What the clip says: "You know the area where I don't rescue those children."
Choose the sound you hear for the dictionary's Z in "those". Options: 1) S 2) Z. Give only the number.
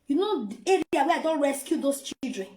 1